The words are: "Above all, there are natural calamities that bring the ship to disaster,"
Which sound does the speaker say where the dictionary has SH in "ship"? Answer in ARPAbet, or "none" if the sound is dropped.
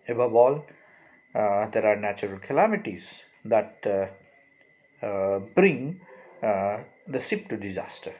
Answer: S